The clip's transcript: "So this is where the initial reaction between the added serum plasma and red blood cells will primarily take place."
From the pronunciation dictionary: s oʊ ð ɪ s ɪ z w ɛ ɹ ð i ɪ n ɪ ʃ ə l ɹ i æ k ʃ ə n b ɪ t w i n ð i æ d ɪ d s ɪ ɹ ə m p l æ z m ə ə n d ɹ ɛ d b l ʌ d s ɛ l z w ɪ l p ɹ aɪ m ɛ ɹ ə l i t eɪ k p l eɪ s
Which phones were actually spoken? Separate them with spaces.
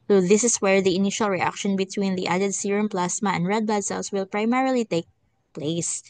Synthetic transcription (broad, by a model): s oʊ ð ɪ s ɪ s w ɛ ɹ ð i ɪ n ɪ ʃ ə l ɹ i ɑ k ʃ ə n b ɪ t w i n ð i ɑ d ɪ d s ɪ ɹ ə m p l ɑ s m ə ə n d ɹ ɛ d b ʌ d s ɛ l s w ɪ l p ɹ aɪ m ɛ ɹ ə l i t eɪ k p l eɪ s